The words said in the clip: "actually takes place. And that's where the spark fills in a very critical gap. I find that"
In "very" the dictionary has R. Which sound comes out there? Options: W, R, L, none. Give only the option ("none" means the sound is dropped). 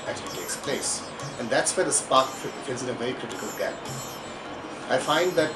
none